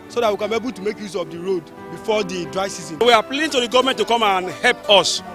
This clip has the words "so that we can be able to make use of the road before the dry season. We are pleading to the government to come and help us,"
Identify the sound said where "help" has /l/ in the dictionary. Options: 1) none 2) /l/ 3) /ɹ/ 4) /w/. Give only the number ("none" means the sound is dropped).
2